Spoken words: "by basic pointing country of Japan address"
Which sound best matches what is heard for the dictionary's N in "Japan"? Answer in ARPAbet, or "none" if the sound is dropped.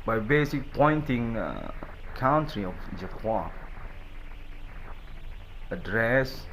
none